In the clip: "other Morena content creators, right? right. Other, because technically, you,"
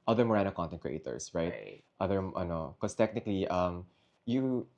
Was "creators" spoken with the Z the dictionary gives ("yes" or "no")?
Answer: no